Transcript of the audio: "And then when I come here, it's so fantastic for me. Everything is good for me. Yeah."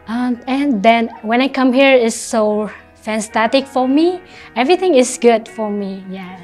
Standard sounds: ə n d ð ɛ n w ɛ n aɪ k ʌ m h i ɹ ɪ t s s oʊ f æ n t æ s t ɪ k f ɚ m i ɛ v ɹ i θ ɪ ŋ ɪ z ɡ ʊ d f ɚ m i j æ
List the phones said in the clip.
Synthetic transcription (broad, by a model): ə n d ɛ n w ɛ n aɪ k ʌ m h i ɹ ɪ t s s oʊ f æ n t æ t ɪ k f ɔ m i ɛ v ɹ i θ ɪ ŋ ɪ s ɡ ʊ d f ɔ m i j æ